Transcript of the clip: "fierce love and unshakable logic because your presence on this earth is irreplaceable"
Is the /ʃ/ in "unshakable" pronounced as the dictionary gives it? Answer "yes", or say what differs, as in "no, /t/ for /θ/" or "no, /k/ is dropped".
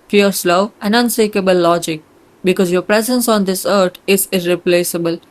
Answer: no, /s/ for /ʃ/